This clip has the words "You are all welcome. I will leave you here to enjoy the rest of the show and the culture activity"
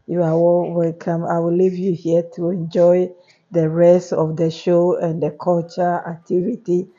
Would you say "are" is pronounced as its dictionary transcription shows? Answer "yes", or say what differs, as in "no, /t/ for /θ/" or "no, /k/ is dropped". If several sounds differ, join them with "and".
no, /w/ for /ɹ/